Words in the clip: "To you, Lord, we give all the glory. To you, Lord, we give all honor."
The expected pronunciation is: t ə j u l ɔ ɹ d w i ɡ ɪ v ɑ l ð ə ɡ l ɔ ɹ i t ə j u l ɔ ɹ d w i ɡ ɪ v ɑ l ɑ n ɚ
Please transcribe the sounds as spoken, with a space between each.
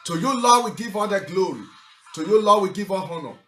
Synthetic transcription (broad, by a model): t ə j u l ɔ w i ɡ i v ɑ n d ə ɡ l ɔ ɹ i t ə j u l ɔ w i ɡ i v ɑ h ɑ n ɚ